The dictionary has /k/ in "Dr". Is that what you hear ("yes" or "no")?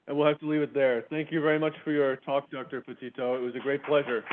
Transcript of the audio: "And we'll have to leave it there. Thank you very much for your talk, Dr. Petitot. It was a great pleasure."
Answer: yes